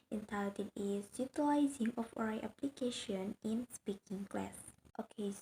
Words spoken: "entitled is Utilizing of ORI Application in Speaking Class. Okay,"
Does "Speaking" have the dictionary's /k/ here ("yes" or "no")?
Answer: yes